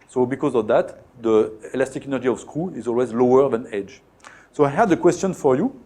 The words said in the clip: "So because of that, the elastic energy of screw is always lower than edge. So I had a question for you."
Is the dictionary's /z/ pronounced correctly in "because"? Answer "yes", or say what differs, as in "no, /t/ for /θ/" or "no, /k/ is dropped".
yes